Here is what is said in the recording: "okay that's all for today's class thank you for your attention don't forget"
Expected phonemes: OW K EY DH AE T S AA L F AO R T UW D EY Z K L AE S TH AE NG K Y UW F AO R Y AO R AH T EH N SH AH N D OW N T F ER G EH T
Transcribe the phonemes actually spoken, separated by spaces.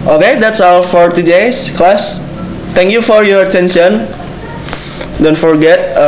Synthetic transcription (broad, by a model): OW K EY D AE T S AA L F AO R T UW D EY S K L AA S T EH NG K Y UW F AO R Y AO R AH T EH N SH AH N D OW N T F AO G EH T